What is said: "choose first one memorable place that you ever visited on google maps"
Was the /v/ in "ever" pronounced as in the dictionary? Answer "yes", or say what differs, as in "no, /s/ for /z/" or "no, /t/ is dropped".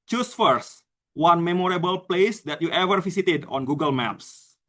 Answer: yes